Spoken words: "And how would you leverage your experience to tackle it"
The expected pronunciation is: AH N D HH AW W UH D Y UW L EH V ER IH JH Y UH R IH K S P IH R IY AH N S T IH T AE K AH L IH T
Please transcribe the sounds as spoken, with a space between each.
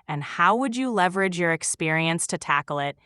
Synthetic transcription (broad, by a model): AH N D HH AW W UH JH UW L EH V ER IH JH Y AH R IH K S P IH R IY AH N S T IH T AE K L IH T